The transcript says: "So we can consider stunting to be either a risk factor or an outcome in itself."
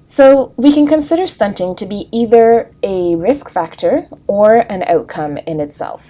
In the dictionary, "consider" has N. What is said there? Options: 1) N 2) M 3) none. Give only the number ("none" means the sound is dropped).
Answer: 1